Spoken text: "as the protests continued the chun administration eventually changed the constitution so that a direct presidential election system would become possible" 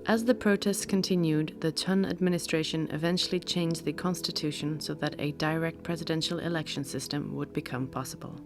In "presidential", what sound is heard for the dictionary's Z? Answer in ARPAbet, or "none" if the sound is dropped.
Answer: Z